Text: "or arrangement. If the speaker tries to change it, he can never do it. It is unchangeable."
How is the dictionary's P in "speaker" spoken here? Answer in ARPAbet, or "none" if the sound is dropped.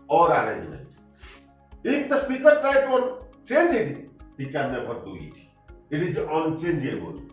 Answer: P